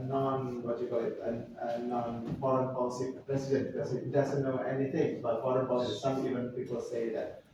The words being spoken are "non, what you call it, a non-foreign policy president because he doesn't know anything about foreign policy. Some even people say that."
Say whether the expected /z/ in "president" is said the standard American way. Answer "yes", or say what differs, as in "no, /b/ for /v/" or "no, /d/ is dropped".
no, /s/ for /z/